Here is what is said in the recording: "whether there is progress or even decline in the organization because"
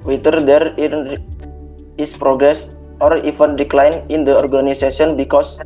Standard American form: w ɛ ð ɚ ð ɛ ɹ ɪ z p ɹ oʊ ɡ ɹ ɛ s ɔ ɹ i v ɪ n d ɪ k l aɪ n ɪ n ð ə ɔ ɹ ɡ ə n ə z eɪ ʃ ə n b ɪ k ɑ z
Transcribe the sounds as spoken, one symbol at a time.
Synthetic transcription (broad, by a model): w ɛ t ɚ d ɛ ɹ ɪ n p ɹ oʊ ɡ ɹ ɛ s ɔ ɹ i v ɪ n d ɪ k l aɪ n ɪ n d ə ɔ ɹ ɡ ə n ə s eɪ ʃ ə n b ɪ k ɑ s